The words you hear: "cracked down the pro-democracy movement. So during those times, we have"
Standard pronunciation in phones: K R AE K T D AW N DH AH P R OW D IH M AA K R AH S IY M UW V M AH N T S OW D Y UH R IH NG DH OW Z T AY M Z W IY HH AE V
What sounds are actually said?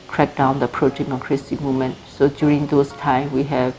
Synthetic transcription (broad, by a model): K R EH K D AW N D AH P R OW D IH M AA K R AH S IY M UW V M AH N T S OW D Y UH R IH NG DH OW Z T AY M W IY HH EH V